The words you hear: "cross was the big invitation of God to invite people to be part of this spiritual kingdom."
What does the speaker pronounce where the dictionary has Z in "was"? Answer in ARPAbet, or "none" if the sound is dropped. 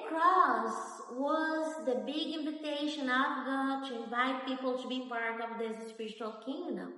Z